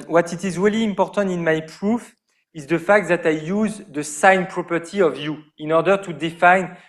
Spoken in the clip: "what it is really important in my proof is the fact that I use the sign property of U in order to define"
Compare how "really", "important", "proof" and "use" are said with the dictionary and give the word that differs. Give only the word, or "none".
none